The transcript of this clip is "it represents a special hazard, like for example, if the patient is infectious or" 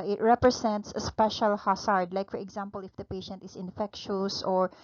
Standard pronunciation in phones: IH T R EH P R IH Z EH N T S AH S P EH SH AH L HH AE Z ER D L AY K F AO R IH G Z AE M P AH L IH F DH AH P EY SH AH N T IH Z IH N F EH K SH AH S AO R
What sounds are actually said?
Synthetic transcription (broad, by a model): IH T R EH P R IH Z EH N T S AH S P EH SH AH L HH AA S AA D L AY K F AO R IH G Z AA M P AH L IH F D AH P EY SH AH N T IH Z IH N F EH K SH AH S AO R